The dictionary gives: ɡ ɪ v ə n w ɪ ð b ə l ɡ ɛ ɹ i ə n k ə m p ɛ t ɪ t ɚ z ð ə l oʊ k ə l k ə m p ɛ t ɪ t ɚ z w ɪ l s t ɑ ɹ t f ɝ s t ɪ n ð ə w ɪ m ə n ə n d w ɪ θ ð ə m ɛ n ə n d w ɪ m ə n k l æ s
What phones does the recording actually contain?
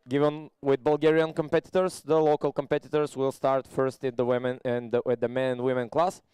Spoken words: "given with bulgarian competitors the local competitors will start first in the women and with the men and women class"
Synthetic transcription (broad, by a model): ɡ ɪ v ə n w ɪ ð b ə l ɡ ɛ ɹ i ə n k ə m p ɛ t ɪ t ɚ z ð ə l oʊ k ə l k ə m p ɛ t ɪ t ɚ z w ɪ l s t ɑ ɹ t f ɝ s t ɪ n ð ə w ɪ m ə n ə n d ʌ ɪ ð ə m ɛ n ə n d w ɪ m ə n k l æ s